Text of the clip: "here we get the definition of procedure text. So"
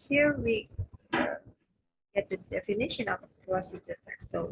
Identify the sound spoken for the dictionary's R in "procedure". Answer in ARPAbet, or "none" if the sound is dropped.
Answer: L